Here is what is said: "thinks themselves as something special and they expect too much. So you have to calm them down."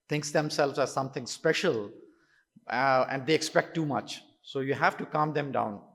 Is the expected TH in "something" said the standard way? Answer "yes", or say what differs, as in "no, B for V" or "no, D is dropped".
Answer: no, T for TH